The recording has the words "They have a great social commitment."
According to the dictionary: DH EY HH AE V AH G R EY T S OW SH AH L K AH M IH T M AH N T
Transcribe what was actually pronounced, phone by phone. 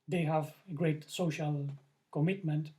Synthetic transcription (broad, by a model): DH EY HH AE V AH G R EY T S OW SH AH L K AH M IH T M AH N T